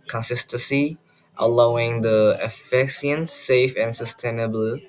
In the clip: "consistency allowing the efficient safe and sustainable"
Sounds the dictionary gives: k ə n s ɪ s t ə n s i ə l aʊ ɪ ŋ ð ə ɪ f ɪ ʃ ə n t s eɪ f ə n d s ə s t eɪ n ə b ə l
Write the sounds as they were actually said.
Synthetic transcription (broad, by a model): k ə n s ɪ s t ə n s i ə l aʊ ɪ ŋ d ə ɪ f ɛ s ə n s eɪ f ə n s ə s t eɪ n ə b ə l